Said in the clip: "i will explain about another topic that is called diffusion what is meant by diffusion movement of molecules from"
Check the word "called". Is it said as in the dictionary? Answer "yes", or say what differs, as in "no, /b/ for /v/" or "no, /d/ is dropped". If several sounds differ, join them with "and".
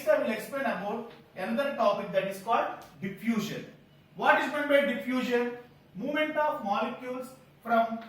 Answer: yes